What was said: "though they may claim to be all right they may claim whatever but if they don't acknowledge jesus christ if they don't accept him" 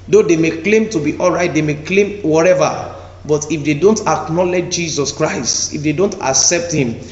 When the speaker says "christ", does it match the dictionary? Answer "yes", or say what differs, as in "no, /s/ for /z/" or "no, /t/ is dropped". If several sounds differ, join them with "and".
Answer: yes